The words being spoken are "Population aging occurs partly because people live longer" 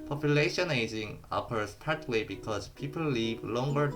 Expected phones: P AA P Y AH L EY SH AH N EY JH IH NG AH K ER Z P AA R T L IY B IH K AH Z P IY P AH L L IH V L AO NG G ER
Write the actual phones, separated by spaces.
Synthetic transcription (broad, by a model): P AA P Y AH L EY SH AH N EY JH IH NG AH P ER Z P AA R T W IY B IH K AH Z P IY P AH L L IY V L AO NG G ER